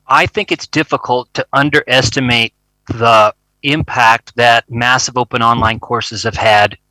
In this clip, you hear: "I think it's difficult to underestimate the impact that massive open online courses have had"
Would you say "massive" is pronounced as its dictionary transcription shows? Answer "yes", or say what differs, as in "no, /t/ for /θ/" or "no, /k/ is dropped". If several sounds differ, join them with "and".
yes